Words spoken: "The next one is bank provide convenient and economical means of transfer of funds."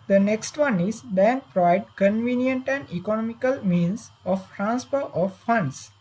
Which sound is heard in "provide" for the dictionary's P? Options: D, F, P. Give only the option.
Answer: P